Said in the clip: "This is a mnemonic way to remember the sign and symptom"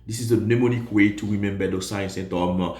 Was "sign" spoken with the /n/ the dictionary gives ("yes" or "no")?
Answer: no